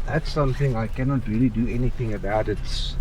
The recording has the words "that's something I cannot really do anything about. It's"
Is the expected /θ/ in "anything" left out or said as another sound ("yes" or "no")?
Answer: no